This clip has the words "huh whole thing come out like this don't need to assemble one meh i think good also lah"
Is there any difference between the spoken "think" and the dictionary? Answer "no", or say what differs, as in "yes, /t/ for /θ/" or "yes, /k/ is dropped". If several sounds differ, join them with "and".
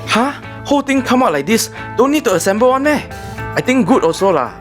yes, /t/ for /θ/